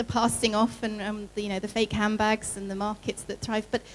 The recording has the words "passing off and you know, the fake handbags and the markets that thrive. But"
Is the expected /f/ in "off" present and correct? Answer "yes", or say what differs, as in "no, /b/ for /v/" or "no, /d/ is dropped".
yes